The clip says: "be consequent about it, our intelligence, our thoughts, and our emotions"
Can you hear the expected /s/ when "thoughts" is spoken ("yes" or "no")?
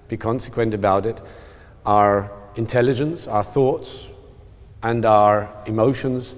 yes